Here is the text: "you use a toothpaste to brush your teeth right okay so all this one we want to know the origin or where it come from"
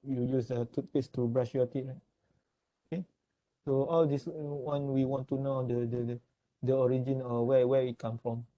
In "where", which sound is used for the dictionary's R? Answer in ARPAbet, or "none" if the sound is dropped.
W